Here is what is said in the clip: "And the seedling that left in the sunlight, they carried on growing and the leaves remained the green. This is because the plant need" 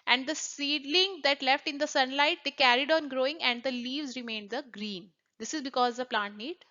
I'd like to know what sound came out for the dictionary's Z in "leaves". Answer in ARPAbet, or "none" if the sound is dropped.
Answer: Z